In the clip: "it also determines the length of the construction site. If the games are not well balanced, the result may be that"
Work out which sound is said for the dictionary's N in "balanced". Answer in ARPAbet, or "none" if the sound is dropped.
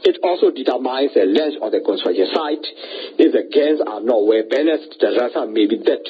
none